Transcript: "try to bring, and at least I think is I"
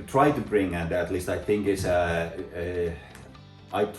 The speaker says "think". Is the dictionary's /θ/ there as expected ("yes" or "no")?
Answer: yes